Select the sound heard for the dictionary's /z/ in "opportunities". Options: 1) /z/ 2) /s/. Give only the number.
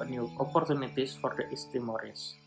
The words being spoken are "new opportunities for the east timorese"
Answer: 2